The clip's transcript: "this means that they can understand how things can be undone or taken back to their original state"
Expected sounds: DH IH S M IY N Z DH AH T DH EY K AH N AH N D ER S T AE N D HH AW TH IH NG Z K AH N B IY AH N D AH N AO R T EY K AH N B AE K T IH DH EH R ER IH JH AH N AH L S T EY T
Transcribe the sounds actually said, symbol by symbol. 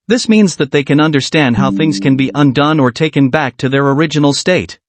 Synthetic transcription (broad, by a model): DH IH S M IY N Z DH AH T DH EY K AH N AH N D ER S T AE N D HH AW TH IH NG Z K AH N B IY AH N D AH N AO R T EY K AH N B AE K T IH DH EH R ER IH JH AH N L S T EY T